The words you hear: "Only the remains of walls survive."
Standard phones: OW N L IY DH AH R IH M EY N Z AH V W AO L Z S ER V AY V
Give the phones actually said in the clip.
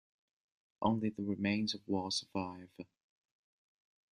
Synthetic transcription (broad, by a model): OW N L IY DH AH R IH M EY N Z AH V W AO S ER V AY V